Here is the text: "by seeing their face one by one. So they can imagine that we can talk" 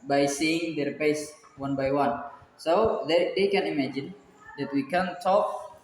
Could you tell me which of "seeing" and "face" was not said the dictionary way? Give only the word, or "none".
face